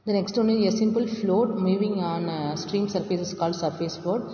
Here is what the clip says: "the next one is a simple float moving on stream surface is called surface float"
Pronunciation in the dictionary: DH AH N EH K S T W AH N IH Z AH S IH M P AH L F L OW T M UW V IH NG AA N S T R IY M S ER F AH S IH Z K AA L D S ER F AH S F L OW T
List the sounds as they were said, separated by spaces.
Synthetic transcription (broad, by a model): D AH N EH K S T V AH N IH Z AH S IH M P AH L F L OW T M UW V IH NG AA N S T R IY M S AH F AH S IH S K AA L D S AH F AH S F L OW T